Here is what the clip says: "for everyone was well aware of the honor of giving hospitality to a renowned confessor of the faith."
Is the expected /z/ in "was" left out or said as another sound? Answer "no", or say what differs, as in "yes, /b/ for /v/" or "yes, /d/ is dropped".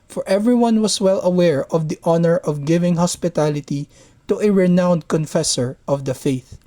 yes, /s/ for /z/